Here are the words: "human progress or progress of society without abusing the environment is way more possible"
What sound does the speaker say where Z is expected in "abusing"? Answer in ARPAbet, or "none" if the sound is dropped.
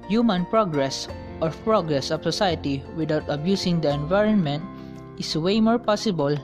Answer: S